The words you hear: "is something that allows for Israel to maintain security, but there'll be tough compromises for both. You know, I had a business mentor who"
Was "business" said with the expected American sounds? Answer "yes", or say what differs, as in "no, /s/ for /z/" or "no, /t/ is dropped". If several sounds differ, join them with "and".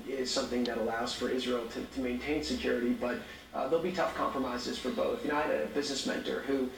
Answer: yes